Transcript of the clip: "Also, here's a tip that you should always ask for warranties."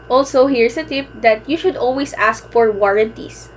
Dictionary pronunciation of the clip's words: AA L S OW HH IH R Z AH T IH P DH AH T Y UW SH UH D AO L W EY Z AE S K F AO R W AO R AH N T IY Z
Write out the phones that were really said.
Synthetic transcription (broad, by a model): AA L S OW HH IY R S AH T IH P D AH T Y UW SH UH D AO L W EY S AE S K F AO R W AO R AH N T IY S